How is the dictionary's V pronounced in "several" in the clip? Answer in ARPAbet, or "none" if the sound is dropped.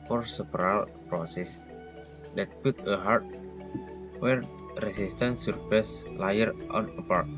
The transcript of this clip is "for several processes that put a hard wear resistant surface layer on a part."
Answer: P